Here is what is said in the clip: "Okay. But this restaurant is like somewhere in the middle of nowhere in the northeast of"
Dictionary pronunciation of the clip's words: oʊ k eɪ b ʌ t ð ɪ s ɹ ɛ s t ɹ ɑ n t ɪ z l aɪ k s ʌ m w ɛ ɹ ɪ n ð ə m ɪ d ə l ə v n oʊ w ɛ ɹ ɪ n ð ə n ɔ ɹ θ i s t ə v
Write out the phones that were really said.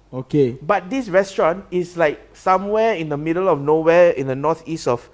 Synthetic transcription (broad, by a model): oʊ k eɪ b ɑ t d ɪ s ɹ ɛ s t ɹ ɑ n ɪ s l aɪ k s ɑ m w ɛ ɪ n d ə m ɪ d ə l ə f n oʊ w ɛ ɪ n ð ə n ɔ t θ i s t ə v